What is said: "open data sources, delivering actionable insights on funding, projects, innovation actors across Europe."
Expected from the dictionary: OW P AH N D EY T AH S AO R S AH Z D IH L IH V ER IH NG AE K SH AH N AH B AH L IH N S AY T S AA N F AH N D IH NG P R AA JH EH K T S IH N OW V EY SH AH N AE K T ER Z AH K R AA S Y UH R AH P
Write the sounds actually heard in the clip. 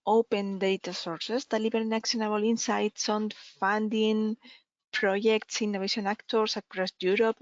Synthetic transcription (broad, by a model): OW P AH N D EY T AH S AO R S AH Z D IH L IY B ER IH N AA K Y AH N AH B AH L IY N S AY T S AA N F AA N D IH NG P R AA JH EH K T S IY N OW EY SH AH N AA K T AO S AH K R AA S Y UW R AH P